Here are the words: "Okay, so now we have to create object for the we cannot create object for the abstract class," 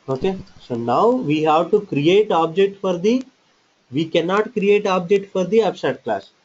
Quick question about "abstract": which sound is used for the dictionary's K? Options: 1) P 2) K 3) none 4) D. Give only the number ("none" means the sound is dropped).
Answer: 3